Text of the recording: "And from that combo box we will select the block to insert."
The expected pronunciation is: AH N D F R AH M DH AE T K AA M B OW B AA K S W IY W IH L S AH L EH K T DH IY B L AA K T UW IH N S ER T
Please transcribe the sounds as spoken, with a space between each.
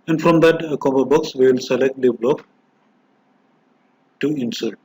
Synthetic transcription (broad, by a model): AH N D F R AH M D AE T K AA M OW B AA K S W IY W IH L S AH L EH K T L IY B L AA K T UW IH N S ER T